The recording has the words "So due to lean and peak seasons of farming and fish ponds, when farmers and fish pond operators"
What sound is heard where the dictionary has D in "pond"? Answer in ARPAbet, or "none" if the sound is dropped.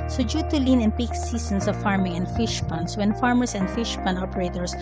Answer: none